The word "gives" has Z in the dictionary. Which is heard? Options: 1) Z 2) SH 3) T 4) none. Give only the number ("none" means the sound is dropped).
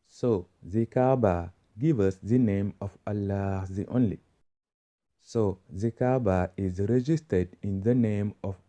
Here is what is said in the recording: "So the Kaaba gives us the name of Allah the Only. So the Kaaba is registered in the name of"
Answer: 4